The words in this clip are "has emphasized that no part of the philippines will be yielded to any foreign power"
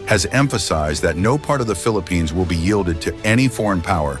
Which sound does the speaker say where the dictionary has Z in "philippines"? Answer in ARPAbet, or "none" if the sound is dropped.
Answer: Z